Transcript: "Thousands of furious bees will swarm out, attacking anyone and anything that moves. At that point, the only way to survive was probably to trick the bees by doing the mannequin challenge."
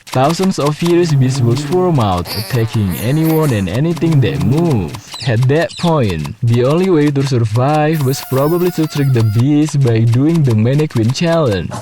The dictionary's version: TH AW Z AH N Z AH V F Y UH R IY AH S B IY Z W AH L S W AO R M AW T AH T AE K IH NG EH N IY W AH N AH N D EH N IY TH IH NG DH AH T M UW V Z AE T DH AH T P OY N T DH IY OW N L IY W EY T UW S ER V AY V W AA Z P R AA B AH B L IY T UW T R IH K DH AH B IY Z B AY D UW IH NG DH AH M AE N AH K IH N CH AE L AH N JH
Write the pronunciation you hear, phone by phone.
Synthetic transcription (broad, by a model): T AW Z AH N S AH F Y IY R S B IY S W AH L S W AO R M AW T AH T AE K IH NG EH N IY W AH N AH N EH N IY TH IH NG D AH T M UW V EH T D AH T P OY N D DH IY OW N L IY W EY T UW S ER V AY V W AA S P R AA B AH B L IY T UW T R IH K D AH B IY S B AY D UW IH NG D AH M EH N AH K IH N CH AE L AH N